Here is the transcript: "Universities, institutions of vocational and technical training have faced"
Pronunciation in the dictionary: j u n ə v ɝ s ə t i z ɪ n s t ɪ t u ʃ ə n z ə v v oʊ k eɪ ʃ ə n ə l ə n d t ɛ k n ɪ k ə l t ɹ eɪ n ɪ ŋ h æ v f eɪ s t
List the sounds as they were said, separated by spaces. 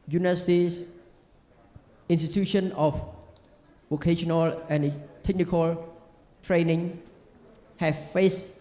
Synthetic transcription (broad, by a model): j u n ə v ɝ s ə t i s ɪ n s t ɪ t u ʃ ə n ə f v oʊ k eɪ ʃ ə n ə l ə n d t ɛ k n ɪ k ə l t ɹ eɪ n ɪ ŋ h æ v f eɪ s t